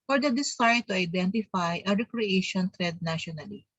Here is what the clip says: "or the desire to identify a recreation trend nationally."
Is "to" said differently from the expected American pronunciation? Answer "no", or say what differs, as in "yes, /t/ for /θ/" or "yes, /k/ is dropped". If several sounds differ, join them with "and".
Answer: no